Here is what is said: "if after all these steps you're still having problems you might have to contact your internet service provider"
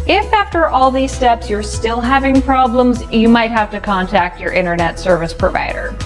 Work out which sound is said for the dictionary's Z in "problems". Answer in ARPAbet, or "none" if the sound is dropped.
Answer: Z